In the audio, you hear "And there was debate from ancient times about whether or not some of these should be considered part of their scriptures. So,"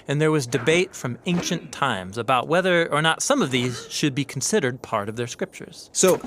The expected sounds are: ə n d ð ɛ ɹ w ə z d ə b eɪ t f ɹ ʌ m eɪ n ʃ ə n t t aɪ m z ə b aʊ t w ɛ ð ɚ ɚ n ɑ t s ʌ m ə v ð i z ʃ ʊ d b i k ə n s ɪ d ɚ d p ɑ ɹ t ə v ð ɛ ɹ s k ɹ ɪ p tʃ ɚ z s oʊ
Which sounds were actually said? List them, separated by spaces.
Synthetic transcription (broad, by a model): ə n ð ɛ ɹ w ə z d ə b eɪ t f ɹ ʌ m eɪ n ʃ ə n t t aɪ m z ə b aʊ t w ɛ ð ɚ ɚ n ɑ t s ʌ m ə v ð i z ʃ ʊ d b i k n s ɪ d ɚ d p ɑ ɹ t ə v ð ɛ ɹ s k ɹ ɪ p tʃ ɚ z s oʊ